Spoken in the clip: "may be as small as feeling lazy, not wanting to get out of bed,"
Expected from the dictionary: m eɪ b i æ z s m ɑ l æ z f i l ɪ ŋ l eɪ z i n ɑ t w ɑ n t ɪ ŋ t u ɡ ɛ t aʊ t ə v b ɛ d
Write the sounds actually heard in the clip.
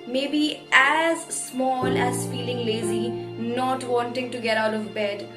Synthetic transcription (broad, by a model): m eɪ b i æ z s m ɑ l æ z f i l ɪ ŋ l eɪ z i n ɑ t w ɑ n t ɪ ŋ t u ɡ ɛ t aʊ t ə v b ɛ d